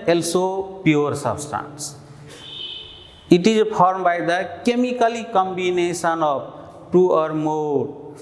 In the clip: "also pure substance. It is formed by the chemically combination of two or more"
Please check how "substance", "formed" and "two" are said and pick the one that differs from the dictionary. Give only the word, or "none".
formed